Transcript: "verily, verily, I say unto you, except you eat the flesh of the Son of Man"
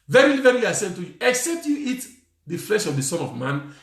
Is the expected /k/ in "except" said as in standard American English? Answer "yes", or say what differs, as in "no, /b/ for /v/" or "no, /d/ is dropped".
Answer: yes